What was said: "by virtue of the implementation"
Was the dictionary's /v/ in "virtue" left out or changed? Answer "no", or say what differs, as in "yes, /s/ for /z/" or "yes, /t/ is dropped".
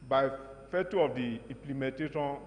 yes, /f/ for /v/